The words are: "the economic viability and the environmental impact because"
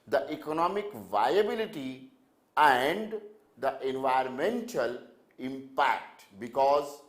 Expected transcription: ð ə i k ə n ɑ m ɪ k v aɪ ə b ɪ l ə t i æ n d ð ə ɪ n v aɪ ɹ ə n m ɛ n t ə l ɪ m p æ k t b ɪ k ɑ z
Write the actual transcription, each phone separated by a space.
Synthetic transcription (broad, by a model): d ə i k ə n ɑ m ɪ k v aɪ ə b ɪ l ə t i æ n d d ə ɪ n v aɪ ə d m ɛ n t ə l ɪ m p æ k t b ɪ k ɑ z